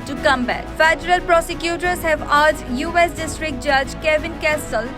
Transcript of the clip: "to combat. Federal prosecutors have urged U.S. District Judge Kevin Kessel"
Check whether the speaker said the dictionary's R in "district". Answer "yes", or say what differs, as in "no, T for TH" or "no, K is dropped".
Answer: yes